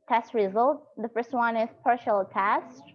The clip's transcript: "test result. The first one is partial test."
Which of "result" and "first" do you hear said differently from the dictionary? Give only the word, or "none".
none